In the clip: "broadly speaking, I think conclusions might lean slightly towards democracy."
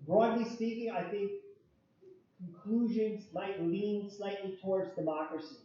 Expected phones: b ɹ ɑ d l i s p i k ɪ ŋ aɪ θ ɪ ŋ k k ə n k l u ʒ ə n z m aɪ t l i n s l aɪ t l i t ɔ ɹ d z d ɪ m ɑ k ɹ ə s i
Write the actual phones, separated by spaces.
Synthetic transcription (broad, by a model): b ɹ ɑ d l i s p i k ɪ ŋ aɪ θ ɪ ŋ k k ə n k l u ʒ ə n z m aɪ t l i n s l aɪ t l i t ɔ ɹ d z d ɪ m ɑ k ɹ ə s i